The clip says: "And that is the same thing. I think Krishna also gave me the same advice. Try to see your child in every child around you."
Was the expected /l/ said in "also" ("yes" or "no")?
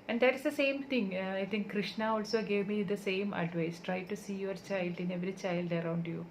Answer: yes